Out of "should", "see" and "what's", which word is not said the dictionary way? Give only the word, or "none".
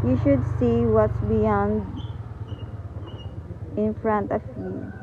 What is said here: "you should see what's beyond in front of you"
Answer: none